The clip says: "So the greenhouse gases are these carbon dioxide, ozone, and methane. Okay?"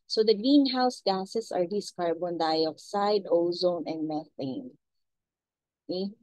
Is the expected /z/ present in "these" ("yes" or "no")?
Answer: no